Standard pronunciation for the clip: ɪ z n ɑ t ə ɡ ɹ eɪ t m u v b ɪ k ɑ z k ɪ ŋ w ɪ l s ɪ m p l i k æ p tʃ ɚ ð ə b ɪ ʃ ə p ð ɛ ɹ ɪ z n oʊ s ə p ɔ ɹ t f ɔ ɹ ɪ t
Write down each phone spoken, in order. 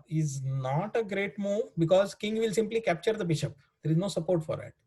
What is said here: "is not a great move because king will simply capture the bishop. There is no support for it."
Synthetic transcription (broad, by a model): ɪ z n ɑ t ə ɡ ɹ eɪ t m u v b ɪ k ɑ z k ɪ ŋ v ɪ l s ɪ m p l i k æ p tʃ ɚ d ə b ɪ ʃ ə p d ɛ ɹ ɪ z n oʊ s ə p ɔ ɹ t f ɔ ɹ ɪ t